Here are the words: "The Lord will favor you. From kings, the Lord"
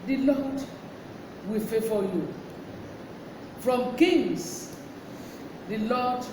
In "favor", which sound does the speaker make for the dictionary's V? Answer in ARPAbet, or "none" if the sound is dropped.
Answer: F